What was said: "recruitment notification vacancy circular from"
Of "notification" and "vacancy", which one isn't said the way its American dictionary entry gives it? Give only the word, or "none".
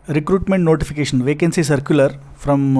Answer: none